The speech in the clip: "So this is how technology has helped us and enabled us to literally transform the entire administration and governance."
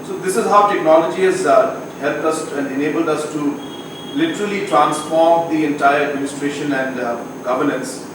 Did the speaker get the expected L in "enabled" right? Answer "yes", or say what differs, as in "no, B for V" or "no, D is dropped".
yes